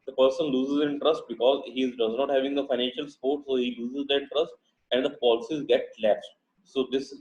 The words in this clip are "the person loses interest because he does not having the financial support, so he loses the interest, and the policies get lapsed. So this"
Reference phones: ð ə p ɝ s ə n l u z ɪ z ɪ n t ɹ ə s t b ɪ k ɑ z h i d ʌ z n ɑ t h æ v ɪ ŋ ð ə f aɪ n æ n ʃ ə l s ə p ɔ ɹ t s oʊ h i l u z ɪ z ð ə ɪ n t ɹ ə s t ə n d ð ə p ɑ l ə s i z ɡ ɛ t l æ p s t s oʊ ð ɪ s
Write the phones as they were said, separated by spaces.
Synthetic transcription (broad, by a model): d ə p ɝ s ə n l u z ɪ z ɪ n t ɹ ə s t b ɪ k ɑ z h i d ʌ z n ɑ t h æ v ɪ ŋ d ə f aɪ n æ n ʃ ə l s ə p ɔ ɹ t s oʊ h i l u z ɪ z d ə ɪ n t ɹ ə s t ə n d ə p ɑ l ə s i z ɡ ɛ t l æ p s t s oʊ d ɪ s